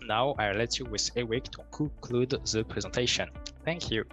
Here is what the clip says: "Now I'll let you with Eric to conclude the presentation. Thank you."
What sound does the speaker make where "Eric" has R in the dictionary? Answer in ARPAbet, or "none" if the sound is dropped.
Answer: W